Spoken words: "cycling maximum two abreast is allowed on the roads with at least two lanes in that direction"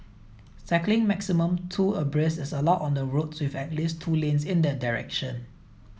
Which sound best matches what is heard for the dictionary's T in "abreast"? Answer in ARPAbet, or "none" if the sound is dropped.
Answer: none